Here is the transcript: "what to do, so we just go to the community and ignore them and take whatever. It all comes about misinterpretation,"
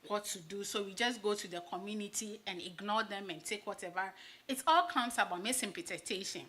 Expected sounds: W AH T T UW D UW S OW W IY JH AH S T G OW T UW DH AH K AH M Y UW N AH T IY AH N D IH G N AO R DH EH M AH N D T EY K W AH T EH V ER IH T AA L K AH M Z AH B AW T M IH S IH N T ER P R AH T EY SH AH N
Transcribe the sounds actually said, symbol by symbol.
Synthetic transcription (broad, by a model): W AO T T UW D UW S OW W IY JH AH S G OW T UW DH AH K AH M Y UW N AH T IY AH N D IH G N AO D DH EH M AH N T EY K W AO T EH V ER IH T AA L K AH M S AH B AW T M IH S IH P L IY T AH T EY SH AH N